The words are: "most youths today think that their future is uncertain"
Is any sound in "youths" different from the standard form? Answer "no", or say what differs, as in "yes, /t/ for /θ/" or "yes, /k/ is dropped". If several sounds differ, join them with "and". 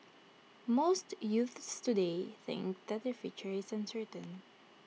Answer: no